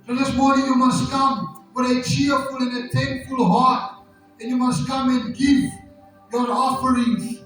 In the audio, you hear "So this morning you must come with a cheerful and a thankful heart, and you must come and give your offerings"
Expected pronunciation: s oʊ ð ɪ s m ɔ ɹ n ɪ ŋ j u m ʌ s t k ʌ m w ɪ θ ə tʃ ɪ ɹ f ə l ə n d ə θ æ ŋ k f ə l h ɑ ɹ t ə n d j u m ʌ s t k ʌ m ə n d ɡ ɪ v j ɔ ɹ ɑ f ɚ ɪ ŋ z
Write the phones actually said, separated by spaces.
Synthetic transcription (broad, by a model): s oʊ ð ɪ s m ɔ ɹ n ɪ ŋ j u m ʌ s t k ʌ m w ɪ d ə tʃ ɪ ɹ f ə l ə n ə t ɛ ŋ k f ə l h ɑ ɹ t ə n j u m ʌ s t k ʌ m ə n ɡ ɪ v j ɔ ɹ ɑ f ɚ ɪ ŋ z